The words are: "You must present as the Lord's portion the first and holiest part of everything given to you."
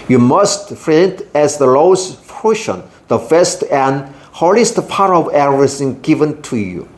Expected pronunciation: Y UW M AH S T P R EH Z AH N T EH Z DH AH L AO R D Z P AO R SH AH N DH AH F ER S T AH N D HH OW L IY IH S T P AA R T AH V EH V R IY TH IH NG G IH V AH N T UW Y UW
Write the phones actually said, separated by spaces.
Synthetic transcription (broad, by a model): Y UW M AH S T F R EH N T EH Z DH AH L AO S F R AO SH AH N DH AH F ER S T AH N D HH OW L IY S T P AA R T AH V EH R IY S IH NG G IH V AH N T UW Y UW